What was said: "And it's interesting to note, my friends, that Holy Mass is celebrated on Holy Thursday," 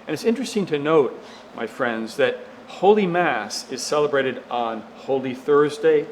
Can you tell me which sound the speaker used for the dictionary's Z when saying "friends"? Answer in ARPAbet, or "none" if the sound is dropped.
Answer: Z